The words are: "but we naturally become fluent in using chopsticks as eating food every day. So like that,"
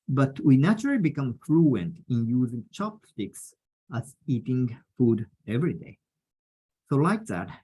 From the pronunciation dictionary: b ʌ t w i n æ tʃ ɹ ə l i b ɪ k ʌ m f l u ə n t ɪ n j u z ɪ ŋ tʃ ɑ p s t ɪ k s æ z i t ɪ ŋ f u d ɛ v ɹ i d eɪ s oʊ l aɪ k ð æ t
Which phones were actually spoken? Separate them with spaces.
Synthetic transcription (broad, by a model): b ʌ t w i n æ tʃ ɹ ə l i b ɪ k ʌ m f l u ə n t ɪ n j u z ɪ ŋ tʃ ɑ p s t ɪ k s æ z i t ɪ ŋ f u d ɛ v ɹ i d eɪ s oʊ l aɪ k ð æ t